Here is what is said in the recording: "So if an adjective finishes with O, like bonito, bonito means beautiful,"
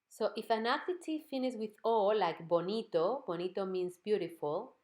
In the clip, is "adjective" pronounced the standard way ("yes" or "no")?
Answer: no